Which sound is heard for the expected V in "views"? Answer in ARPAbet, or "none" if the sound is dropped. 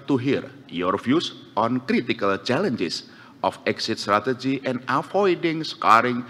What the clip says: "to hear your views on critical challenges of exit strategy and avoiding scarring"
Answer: F